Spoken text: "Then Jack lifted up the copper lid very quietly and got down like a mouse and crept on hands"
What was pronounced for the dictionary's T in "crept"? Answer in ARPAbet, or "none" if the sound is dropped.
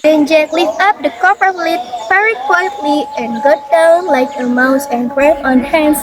none